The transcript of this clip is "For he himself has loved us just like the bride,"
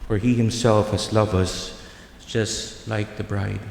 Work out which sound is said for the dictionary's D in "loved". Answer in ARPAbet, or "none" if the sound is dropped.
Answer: none